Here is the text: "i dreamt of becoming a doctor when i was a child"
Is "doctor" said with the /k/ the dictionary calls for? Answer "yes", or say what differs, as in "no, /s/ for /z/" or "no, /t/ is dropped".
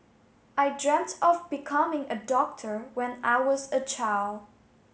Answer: yes